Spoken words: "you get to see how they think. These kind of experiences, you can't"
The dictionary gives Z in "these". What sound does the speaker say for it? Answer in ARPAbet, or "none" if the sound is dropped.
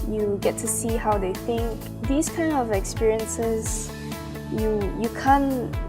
S